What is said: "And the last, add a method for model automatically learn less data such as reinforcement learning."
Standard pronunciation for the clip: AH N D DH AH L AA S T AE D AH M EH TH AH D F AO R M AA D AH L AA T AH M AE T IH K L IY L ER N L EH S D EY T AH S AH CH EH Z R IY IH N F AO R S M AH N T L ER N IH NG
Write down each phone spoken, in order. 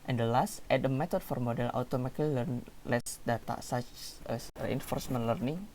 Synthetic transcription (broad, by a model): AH N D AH L AA S T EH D AH M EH T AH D F AO R M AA D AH L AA T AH M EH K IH L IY L ER N L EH S D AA T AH S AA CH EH S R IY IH N F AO R S M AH N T L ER N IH NG